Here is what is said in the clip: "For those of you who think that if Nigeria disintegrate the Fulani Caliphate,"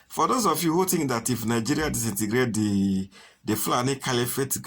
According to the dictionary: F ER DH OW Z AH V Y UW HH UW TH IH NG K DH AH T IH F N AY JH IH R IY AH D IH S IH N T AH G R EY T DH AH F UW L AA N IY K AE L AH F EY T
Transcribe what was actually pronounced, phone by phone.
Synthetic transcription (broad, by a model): F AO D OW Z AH F Y UW HH UW T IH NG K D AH T IH F N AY JH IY R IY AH D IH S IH N T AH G R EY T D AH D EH L AA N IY K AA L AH F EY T